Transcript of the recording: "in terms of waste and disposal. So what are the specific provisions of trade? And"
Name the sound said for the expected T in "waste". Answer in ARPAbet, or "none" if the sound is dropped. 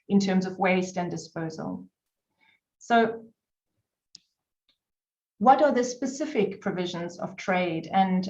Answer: T